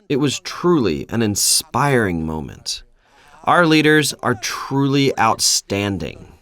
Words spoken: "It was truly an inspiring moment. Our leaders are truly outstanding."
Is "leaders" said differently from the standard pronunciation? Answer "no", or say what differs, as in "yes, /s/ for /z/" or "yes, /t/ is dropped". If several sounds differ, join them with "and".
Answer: no